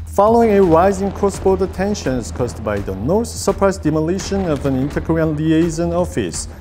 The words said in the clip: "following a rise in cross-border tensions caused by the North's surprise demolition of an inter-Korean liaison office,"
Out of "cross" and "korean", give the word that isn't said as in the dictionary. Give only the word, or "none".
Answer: korean